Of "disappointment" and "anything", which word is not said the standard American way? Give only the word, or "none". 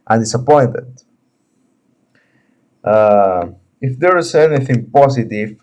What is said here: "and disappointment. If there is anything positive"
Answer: disappointment